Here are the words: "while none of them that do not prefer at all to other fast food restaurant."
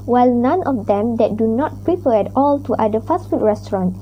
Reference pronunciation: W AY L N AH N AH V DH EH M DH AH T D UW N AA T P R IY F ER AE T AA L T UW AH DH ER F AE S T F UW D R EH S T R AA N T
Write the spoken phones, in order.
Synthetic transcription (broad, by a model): W AY L N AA N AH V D EH M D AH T D UW N AA T P R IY P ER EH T AA L T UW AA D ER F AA S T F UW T R EH S T R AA N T